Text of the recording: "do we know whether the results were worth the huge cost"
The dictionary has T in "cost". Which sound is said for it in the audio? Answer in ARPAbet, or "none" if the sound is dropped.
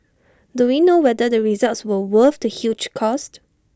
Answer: T